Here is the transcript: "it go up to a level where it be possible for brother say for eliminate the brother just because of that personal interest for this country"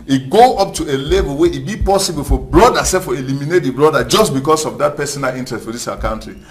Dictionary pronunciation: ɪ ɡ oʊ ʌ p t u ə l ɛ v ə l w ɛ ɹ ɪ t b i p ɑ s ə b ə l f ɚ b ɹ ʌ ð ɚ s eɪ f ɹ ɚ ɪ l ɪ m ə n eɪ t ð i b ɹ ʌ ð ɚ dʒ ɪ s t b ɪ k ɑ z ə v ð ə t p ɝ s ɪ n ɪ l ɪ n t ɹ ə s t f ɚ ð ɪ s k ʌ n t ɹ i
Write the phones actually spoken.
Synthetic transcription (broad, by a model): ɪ ɡ oʊ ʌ p t u ə l ɛ v ə l w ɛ ɪ t b i p ɑ s ə b ə l f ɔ b ɹ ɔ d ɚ s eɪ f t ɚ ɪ l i m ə n eɪ t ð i b ɹ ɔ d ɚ dʒ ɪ s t b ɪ k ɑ s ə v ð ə t p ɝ s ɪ n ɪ l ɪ n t ɹ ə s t f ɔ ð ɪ s k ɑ n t ɹ i